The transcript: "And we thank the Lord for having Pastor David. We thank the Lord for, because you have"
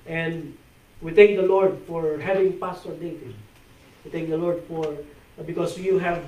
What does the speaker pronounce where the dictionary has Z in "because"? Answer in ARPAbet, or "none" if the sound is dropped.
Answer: S